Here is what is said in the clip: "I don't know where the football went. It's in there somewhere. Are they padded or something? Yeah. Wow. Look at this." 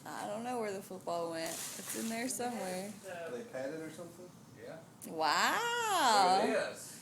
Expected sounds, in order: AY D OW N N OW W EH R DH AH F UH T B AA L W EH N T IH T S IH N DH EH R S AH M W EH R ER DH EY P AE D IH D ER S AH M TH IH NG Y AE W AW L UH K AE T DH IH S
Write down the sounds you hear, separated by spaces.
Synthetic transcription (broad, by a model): AY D OW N N OW W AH R DH AH F UH T B AA L W EH N T IH T S IH N DH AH R S AH M W EH R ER DH EY P AE D IH D ER S AH M TH IH NG Y AE W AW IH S